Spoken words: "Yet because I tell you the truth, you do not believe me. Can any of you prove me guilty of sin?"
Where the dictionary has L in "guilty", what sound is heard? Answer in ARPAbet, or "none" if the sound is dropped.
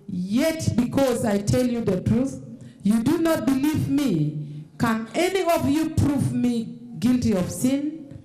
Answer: L